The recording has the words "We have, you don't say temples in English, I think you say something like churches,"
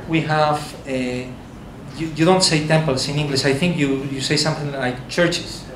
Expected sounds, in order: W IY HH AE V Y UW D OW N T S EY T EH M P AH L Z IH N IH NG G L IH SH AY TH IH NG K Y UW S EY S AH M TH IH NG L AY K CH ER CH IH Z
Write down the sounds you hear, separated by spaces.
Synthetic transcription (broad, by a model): W IY HH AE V Y UW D OW N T S EY T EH M P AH L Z IH N IH NG G L IH SH AY TH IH NG K Y UW S EY S AH M TH IH NG L AY K CH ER CH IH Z